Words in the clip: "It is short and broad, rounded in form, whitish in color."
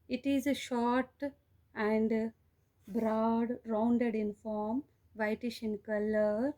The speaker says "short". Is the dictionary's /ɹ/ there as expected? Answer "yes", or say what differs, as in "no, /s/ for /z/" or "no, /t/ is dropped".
yes